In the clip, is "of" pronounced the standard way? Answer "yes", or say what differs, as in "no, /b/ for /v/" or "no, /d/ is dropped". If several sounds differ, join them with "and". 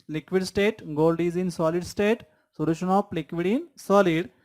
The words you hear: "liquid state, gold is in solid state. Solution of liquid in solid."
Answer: no, /p/ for /v/